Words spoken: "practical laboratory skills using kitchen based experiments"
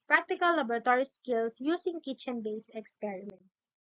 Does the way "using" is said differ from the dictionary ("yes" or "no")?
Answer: yes